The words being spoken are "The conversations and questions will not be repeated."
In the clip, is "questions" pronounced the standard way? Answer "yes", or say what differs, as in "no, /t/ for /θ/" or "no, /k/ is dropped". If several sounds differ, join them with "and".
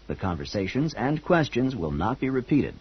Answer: yes